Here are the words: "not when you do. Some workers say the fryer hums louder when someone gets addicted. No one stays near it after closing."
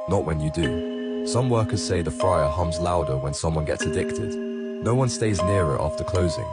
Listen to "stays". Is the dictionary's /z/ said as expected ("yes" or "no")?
yes